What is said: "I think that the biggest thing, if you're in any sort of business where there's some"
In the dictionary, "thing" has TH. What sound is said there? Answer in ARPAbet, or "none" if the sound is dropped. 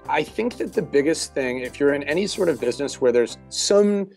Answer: TH